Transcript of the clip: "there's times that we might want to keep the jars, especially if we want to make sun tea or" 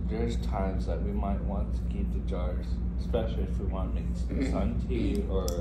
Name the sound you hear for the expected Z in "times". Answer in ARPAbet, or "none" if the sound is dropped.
Z